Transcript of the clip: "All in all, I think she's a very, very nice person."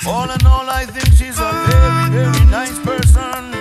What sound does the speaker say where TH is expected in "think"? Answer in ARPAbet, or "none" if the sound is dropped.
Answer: TH